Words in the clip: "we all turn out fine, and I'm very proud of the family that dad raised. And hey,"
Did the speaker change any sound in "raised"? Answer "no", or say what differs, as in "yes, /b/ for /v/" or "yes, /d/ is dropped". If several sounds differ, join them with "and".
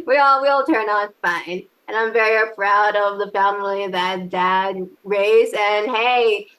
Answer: yes, /d/ is dropped